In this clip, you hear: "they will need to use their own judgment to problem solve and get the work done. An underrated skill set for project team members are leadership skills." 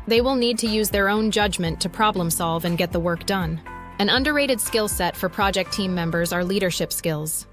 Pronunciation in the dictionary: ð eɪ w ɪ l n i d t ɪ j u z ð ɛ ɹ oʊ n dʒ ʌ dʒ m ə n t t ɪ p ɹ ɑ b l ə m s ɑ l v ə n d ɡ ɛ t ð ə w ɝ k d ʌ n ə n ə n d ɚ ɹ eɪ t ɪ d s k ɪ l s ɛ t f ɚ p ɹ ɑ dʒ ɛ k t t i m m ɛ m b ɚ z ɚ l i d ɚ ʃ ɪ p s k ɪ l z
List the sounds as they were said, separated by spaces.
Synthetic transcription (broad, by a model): ð eɪ w ɪ l n i d t ɪ j u z ð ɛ ɹ oʊ n dʒ ʌ dʒ m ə n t t ɪ p ɹ ɑ b l ə m s ɑ l v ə n ɡ ɛ t ð ə w ɝ k d ʌ n ə n ə n d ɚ ɹ eɪ t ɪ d s k ɪ l s ɛ t f ɚ p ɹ ɑ dʒ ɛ k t t i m m ɛ m b ɚ z ɚ l i d ɚ ʃ ɪ p s k ɪ l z